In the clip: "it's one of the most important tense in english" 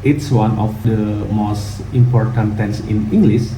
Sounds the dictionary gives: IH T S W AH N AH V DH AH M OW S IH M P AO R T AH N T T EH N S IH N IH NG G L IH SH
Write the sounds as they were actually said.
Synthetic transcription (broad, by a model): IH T S W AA N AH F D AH M OW S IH M P AO R T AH N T T EH N S IH N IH NG G L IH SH